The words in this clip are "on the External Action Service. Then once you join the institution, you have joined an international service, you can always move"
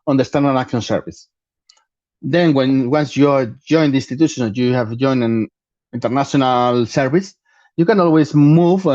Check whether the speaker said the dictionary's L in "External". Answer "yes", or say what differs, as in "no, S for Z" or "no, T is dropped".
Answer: no, N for L